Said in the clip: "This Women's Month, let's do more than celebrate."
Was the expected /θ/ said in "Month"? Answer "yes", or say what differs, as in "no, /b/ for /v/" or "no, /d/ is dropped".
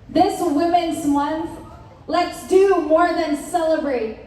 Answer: yes